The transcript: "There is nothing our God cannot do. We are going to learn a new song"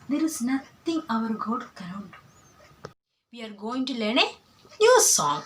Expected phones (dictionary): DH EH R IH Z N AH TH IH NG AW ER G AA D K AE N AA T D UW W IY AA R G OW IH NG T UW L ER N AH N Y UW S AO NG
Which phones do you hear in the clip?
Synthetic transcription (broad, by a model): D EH R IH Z N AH T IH NG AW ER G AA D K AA AA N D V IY AA R G OW IH NG T UW L ER N AH N Y UW S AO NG